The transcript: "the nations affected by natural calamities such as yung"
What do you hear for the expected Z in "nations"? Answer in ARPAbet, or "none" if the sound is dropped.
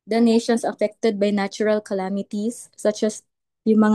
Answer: S